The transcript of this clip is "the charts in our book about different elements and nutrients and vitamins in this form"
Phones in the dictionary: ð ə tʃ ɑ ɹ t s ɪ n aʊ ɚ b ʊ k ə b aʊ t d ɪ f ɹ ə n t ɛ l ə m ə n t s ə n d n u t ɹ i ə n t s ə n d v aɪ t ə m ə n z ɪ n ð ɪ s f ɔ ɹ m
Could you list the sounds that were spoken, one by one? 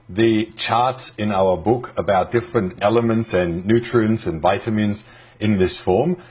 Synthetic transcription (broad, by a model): ð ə tʃ ɑ ɹ t s ɪ n aʊ ɚ b ʊ k ə b aʊ t d ɪ f ɹ ə n t ɛ l ə m ə n t s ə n n u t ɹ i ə n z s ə n v aɪ t ə m ə n z ɪ n ð ɪ s f ɔ ɹ m